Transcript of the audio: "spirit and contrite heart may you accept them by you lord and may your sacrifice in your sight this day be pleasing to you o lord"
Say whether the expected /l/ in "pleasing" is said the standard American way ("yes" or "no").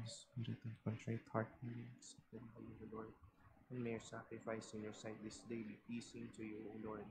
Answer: no